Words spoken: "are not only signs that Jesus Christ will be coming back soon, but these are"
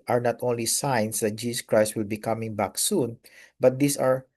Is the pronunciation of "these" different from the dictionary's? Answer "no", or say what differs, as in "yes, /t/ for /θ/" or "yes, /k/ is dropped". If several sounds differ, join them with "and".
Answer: yes, /s/ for /z/